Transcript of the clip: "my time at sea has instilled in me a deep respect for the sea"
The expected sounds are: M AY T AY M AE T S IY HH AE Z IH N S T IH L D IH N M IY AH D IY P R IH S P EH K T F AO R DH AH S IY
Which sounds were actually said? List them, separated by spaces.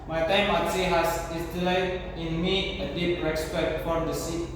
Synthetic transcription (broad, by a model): M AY T AY M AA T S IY HH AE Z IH S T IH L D IH N M IY AH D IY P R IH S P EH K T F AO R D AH S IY